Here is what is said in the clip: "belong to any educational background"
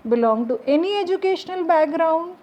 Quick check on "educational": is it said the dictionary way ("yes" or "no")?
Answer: yes